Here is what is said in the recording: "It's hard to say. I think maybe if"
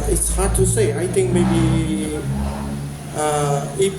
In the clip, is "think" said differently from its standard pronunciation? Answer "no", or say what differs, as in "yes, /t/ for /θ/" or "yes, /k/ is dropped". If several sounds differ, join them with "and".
yes, /t/ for /θ/